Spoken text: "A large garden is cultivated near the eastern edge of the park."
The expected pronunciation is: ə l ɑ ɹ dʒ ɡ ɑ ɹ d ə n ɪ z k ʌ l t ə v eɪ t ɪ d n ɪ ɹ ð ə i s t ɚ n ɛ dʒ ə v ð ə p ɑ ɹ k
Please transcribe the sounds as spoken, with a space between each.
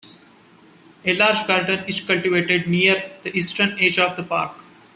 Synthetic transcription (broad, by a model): ə l ɑ ɹ dʒ ɡ ɑ ɹ d ə n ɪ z k ʌ l t ə v eɪ t ɪ d n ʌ ɹ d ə i s t ɚ n ɛ dʒ ə v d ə p ɑ ɹ k